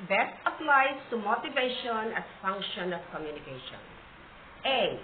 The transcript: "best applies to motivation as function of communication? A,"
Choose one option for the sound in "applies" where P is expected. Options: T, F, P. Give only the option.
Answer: F